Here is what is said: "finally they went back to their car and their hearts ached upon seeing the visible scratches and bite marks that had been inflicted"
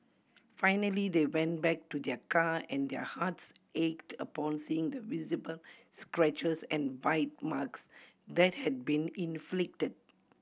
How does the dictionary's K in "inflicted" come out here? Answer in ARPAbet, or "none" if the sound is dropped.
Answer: K